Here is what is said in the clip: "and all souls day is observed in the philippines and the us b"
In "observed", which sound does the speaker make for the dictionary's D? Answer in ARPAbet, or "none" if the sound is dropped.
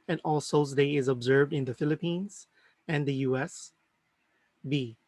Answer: D